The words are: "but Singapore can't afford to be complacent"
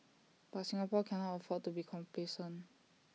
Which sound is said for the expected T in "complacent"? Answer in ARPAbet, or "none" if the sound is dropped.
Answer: none